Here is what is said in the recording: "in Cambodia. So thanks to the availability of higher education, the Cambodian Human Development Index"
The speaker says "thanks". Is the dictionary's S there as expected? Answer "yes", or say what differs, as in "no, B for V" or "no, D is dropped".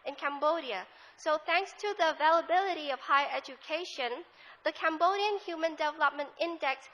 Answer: yes